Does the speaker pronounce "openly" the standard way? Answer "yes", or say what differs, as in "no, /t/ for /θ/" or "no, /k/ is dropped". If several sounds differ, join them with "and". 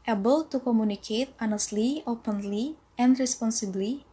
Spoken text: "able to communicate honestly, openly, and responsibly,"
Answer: yes